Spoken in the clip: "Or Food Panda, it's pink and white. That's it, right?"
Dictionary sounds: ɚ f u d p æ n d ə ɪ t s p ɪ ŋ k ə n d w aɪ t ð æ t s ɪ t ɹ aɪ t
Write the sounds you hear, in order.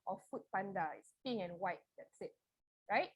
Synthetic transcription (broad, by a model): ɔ f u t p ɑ n d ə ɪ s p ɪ ŋ ə n w aɪ t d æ t s ɪ t ɹ aɪ t